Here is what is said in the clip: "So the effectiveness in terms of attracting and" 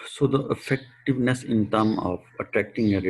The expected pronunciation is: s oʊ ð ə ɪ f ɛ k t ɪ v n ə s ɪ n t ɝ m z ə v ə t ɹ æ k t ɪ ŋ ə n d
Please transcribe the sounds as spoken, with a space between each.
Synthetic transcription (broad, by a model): s oʊ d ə ɪ f ɛ k t ɪ v n ə s ɪ n t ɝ m ə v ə t ɹ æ k t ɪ ŋ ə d